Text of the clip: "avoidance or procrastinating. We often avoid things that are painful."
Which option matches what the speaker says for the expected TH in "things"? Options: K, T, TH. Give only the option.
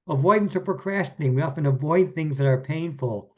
TH